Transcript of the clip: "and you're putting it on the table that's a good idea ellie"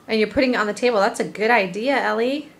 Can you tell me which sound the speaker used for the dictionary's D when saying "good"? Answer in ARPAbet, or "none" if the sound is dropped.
D